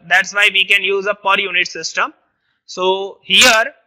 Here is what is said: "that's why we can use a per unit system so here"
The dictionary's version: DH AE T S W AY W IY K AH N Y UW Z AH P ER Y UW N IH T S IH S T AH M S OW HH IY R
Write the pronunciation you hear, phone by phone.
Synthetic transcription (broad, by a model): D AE T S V AY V IY K AH N Y UW Z AH P ER Y UW N IH T S IH S T AH M S OW HH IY R